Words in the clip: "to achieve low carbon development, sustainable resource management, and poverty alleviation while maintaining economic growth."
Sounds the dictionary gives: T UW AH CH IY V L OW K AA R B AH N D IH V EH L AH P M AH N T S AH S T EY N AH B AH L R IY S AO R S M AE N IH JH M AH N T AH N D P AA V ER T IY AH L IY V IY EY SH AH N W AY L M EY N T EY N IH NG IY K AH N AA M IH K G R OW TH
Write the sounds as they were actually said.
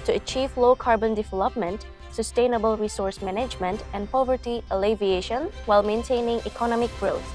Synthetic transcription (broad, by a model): T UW AH CH IY V L OW K AA R B AH N D IH V EH L AH P M AH N T S AH S T EY N AH B AH L R IY S AO R S M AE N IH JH M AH N T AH N P AA V ER T IY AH L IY V IY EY SH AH N W AY L M EY N T EY N IH NG IY K AH N AA M IH K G R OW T